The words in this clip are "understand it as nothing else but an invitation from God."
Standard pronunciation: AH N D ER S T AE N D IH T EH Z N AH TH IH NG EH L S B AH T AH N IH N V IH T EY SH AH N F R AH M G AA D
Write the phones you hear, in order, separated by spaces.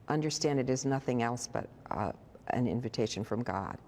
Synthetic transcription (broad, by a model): AH N D ER S T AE N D IH T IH Z N AH TH IH NG EH L S B AH T AH N IH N V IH T EY SH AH N F R AH M G AA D